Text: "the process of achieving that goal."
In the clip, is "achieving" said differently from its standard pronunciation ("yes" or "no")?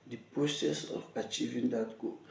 no